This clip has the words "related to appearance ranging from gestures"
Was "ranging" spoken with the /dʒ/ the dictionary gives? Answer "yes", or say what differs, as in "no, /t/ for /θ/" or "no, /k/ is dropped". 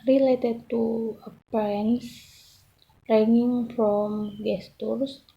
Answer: no, /dʒ/ is dropped